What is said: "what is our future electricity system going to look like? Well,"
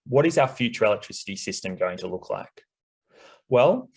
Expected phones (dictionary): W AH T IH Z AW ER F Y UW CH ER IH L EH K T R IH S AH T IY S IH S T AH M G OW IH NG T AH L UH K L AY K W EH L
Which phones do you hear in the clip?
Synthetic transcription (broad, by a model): W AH T IH Z AW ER F Y UW CH ER IH L EH K T R IH S AH T IY S IH S T AH M G OW IH NG T AH L UH K L AY K W EH L